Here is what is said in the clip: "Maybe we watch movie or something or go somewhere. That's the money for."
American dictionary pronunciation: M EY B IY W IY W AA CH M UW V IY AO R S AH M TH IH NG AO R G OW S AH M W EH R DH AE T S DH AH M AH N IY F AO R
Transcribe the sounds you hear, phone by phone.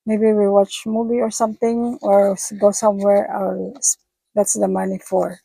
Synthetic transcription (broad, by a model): M EY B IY W IY W AA CH M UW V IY AO R S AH M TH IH NG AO R G OW S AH M W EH R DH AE T S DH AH M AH N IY F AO R